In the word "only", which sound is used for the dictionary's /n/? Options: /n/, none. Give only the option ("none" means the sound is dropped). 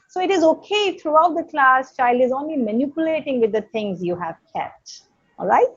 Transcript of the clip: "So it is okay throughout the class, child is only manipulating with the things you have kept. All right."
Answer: /n/